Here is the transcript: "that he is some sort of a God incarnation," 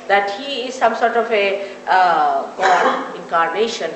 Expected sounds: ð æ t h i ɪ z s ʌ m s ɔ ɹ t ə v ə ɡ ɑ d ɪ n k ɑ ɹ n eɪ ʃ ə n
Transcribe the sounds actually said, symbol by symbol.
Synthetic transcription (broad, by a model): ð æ t h i ɪ z s ʌ m s ɔ ɹ t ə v ə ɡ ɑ ɪ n k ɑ ɹ n eɪ ʃ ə n